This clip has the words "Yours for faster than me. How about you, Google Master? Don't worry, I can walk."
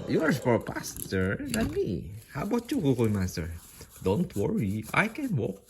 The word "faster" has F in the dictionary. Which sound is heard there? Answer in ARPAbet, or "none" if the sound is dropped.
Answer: P